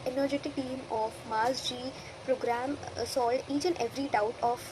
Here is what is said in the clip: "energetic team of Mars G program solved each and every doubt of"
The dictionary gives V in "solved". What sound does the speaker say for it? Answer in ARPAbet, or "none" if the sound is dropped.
none